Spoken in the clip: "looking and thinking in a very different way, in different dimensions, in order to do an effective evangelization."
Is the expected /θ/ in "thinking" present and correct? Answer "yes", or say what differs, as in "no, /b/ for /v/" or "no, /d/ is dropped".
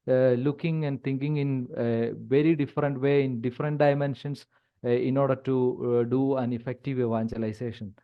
no, /t/ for /θ/